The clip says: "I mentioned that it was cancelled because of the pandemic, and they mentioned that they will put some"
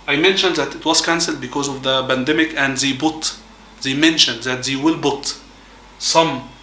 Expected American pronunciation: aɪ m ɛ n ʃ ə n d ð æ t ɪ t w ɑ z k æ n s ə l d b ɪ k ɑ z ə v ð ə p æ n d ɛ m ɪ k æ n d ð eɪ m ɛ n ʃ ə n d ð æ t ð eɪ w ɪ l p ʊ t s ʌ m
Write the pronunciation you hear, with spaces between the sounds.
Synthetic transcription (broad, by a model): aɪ m ɛ n ʃ ə n d ð æ t ɪ t w ɑ z k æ n s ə l d b ɪ k ɑ z ə v ð ə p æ n d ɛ m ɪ k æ n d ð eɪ m ɛ n ʃ ə n d ð æ t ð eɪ w ɪ l b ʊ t s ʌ m